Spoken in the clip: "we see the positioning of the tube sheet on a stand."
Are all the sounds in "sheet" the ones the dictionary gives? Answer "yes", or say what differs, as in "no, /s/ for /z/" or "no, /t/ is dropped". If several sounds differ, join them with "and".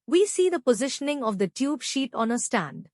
yes